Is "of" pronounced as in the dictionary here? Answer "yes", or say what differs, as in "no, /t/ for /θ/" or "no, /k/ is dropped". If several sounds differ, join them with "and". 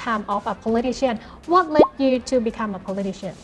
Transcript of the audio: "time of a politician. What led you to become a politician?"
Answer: no, /f/ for /v/